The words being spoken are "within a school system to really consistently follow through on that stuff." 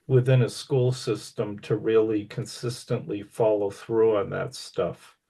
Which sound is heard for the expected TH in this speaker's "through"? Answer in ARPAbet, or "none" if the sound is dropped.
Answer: TH